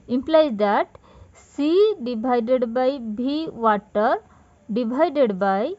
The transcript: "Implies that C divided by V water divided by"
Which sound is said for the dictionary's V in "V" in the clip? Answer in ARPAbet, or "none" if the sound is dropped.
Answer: B